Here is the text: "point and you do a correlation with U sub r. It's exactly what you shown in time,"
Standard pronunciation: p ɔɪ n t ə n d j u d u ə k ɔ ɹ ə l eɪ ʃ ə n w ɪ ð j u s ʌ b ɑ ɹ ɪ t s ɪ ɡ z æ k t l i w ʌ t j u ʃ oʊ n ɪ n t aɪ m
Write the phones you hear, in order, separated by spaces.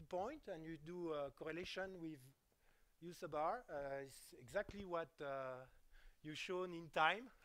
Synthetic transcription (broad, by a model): p ɔɪ n t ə n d j u d u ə k ɔ ɹ ə l eɪ ʃ ə n w ɪ ð j u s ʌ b ɑ ɹ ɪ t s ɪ ɡ z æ k t l i w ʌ t j u ʃ oʊ n ɪ n t aɪ m